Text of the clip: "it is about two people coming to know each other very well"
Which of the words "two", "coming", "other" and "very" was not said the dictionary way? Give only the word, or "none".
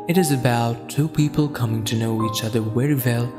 very